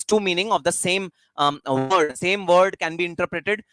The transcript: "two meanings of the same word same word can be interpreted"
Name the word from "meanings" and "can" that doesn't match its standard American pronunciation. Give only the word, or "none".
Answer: meanings